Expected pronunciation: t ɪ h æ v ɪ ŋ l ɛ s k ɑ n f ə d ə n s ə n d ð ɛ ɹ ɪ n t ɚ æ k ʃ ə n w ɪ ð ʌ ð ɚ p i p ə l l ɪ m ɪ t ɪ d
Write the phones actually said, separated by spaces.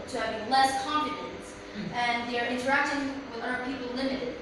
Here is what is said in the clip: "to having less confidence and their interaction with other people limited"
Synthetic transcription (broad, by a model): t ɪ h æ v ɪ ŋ l ɛ s k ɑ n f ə d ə n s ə n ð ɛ ɹ ɪ n t ɚ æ k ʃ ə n w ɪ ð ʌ ɚ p i p l l ɪ m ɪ t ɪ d